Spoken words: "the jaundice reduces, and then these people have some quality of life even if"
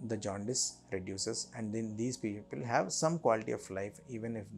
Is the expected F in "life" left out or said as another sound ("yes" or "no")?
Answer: no